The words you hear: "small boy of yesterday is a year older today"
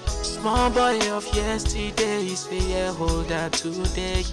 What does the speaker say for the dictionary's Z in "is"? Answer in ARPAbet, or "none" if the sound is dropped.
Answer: S